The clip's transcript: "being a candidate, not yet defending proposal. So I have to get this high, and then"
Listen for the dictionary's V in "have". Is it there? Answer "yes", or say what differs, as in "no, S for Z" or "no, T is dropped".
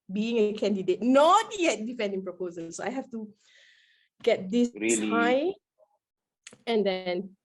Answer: no, F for V